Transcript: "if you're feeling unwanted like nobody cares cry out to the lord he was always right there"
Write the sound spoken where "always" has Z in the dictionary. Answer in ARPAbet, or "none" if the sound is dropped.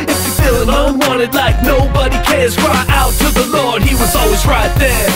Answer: Z